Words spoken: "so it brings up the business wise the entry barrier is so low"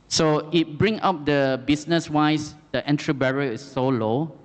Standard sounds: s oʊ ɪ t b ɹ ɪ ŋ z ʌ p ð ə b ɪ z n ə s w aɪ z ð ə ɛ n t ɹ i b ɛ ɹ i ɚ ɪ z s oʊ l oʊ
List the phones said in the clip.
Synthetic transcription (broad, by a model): s oʊ ɪ t b ɹ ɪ ŋ ɑ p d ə b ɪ s n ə s w aɪ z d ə ɛ n t ɹ i b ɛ ɹ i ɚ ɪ s oʊ l oʊ